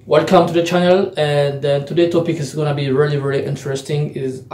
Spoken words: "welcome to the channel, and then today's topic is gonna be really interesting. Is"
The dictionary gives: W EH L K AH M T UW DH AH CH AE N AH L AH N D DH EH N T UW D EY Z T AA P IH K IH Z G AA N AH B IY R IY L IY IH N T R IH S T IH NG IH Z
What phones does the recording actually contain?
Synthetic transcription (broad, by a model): W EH L K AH M T UW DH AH CH AE N AH L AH N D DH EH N T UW D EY T AA P IH K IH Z G AA N AH B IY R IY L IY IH N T R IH S T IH NG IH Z